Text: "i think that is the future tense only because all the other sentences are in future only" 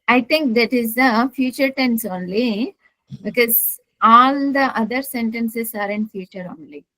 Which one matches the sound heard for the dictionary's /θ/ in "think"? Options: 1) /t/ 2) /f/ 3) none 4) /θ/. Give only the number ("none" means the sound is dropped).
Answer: 1